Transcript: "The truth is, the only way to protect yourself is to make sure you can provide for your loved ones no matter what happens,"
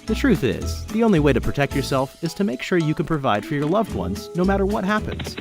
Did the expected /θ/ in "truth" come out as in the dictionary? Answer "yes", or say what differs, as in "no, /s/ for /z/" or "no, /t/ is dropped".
yes